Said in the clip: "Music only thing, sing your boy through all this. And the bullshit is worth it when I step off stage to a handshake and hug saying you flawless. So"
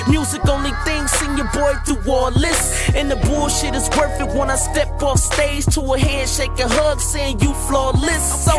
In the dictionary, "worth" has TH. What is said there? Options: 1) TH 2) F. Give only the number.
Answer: 2